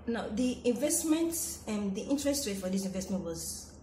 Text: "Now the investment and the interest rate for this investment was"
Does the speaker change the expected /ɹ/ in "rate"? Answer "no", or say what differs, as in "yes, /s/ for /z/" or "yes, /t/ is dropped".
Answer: yes, /w/ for /ɹ/